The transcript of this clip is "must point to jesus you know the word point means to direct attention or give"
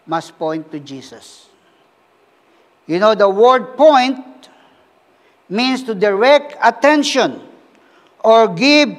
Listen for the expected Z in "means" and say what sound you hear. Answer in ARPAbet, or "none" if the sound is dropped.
S